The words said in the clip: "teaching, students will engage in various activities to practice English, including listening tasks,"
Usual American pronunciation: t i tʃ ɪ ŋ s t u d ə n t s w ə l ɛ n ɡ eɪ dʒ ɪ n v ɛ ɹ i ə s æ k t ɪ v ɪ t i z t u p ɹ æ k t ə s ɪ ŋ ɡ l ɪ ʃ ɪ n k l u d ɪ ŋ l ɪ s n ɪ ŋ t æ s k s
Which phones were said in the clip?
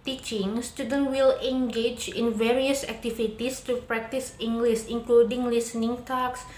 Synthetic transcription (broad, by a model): t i tʃ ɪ ŋ s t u d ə n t w ə l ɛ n ɡ eɪ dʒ ɪ n v ɛ ɹ i ə s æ k t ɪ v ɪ t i s t u p ɹ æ k t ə s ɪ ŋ ɡ l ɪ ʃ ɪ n k l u d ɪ ŋ l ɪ s n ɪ ŋ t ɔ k s